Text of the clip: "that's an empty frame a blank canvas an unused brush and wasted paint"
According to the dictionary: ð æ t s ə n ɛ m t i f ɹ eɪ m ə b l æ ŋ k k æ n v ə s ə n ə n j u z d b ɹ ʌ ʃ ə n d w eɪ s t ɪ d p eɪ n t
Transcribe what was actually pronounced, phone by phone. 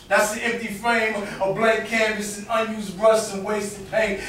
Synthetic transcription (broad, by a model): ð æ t s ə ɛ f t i f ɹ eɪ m ə b l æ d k k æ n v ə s ə n ə n j u z d ɹ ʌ s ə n w eɪ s t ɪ p eɪ